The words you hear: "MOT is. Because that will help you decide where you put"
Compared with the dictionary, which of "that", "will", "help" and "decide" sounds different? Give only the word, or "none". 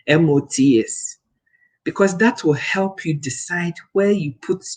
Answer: none